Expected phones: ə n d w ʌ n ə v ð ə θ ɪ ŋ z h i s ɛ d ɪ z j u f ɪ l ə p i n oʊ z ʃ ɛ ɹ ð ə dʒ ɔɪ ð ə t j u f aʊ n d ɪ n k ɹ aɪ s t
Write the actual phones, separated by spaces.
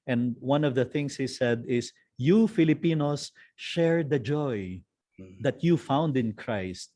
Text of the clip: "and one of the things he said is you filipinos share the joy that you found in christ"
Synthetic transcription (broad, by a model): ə n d w ʌ n ə v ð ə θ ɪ ŋ s h i s ɛ d ɪ s j u f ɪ l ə p i n oʊ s ʃ ɛ ɹ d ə dʒ ɔɪ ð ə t j u f aʊ n d ɪ n k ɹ aɪ s t